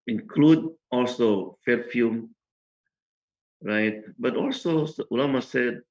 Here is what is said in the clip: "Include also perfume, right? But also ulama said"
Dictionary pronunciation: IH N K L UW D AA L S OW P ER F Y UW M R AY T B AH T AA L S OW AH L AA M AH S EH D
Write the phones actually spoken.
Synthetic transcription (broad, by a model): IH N K L UW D AA L S OW F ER F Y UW M R AY T B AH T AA L S OW AH L AA M AH S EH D